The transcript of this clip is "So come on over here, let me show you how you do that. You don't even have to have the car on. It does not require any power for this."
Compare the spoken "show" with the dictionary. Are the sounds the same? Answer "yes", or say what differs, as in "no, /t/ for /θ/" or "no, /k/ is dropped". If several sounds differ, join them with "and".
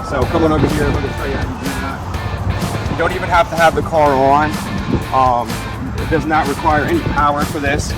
no, /s/ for /ʃ/